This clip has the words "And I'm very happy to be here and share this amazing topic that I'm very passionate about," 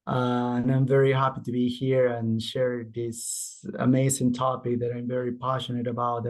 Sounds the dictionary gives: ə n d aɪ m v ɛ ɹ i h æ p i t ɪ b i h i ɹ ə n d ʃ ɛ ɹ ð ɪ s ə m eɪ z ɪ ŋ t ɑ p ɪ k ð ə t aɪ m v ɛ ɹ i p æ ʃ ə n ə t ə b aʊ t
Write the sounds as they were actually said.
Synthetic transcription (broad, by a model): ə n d aɪ m v ɛ ɹ i h æ p i t ɪ b i h i ɹ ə n ʃ ɛ ɹ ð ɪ s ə m eɪ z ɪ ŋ t ɑ p ɪ k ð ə t aɪ m v ɛ ɹ i p æ ʃ ə n ə t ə b aʊ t